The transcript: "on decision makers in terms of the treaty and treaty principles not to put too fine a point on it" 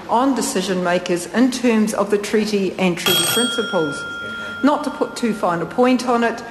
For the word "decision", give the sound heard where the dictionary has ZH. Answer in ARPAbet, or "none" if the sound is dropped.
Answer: ZH